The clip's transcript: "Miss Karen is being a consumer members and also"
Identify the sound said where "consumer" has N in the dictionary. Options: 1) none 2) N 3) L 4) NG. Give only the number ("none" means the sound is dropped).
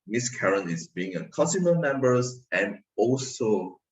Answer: 1